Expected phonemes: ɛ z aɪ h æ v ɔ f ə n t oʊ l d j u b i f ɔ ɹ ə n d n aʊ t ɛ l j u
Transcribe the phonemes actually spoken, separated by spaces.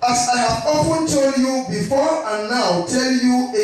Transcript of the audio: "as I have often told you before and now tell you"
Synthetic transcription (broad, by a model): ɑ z aɪ h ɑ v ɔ p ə n t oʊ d j u b i f ɔ ɹ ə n n aʊ t ɛ l j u